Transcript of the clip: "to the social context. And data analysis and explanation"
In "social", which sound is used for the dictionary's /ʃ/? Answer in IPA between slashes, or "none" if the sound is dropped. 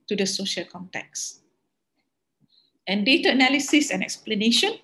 /ʃ/